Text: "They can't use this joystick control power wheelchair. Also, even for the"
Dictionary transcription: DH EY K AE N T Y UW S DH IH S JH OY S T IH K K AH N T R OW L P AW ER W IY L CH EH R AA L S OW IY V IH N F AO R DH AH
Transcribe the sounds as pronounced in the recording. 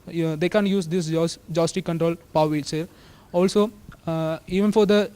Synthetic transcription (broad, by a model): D EY K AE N Y UW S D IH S JH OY S T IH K K AH N T R OW L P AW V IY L S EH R AA L S OW IY V IH N F AO R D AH